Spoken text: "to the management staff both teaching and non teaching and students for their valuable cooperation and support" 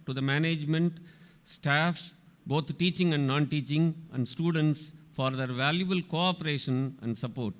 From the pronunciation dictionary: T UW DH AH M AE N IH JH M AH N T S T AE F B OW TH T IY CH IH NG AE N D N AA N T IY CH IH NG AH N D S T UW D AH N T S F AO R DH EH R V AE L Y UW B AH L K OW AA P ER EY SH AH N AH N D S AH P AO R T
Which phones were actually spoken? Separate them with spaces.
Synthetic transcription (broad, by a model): T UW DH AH M AE N IH JH M AH N T S T AE F B OW T T IY CH IH NG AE N D N AA N T IY CH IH NG AH N D S T UW D AH N T S F AO R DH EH R V AE L Y UW B AH L K OW AA P ER EY SH AH N AH N D S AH P AO R T